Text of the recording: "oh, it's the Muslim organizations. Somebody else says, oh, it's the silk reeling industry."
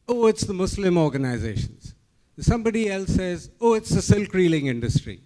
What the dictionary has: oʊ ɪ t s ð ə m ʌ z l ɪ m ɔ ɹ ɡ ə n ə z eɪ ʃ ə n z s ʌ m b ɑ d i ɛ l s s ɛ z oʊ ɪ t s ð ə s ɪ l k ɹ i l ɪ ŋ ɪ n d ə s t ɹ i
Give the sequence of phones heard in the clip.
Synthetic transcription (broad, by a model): oʊ ɪ t s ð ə m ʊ s l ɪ m ɔ ɹ ɡ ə n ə z eɪ ʃ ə n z s ʌ m b ɑ d i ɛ l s s ɛ z oʊ ɪ t s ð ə s ɪ l k ɹ i l ɪ ŋ ɪ n d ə s t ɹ i